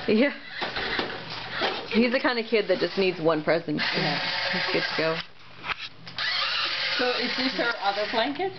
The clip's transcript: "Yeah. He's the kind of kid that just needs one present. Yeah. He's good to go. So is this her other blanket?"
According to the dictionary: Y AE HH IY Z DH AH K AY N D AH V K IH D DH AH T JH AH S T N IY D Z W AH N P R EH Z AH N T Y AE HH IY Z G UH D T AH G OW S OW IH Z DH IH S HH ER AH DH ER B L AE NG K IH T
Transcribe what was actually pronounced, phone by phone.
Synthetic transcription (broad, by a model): Y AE HH IY Z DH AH K AY N D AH K IH D DH AH T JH AH S N IY D Z W AH N P R EH Z AH N T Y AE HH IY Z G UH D T AH G OW S OW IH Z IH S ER AH DH ER B L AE NG K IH T